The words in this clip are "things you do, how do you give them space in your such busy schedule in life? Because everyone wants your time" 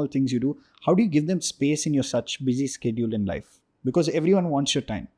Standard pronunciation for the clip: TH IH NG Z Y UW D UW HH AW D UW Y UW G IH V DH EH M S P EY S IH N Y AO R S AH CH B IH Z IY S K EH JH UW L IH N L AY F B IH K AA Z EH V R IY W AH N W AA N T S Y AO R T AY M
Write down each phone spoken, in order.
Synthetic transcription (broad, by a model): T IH NG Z Y UW D UW HH AW D UW Y UW G IH V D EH M S P EY S IH N Y AO R S AH CH B IH Z IY S K EH JH UW L IH N L AY F B IH K AA Z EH V R IY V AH N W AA N T S Y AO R T AY M